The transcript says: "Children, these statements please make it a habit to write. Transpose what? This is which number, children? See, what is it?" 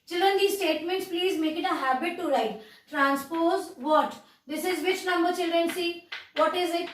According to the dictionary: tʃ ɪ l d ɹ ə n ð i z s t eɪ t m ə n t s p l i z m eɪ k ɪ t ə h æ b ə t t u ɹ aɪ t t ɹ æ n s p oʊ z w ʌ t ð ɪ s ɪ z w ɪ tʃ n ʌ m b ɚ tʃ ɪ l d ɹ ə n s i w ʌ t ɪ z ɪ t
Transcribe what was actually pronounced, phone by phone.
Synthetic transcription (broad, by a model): tʃ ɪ l d ɹ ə n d i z s t eɪ t m ə n t s p l i z m eɪ k ɪ t ə h æ b ə t t u ɹ aɪ t t ɹ æ n s p oʊ z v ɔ t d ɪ s ɪ z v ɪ tʃ n ʌ m b ɚ tʃ ɪ l d ɹ ə n s i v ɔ t ɪ z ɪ t